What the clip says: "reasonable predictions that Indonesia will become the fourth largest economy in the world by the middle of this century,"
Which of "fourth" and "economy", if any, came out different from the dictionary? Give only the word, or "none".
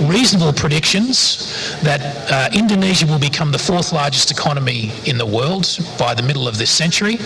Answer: none